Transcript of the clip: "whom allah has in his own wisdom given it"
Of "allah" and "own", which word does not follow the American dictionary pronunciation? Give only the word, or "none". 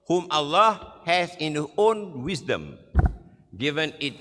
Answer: none